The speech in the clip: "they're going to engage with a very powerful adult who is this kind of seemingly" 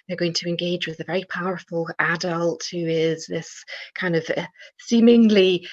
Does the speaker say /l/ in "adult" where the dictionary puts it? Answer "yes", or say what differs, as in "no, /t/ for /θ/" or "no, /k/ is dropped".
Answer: yes